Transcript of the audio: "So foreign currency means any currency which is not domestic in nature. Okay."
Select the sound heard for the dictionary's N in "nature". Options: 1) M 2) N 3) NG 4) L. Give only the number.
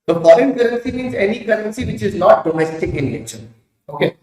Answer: 4